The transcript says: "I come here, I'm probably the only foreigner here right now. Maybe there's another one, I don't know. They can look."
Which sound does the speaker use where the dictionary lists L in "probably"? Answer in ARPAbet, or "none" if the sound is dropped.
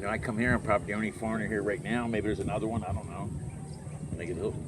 none